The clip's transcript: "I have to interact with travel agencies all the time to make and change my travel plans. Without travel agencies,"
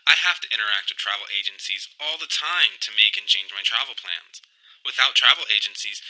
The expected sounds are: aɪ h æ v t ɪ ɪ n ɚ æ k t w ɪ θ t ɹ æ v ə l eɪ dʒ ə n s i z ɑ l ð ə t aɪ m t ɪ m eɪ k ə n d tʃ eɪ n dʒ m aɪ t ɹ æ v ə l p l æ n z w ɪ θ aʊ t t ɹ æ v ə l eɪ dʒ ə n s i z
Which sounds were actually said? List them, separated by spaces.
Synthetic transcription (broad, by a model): aɪ h æ f t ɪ ɪ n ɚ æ k t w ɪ t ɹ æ v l eɪ dʒ ə n s i z ɑ l ð ə t aɪ m t ɪ m eɪ k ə n tʃ eɪ n dʒ m aɪ t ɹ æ v l p l æ n z w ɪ θ aʊ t t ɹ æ v l eɪ dʒ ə n s i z